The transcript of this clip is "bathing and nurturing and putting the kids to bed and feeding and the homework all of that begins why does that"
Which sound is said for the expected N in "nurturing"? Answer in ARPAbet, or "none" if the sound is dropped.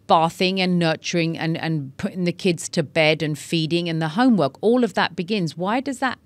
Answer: N